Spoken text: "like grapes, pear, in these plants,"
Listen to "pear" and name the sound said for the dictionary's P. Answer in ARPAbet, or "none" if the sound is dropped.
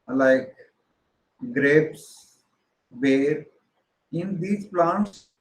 B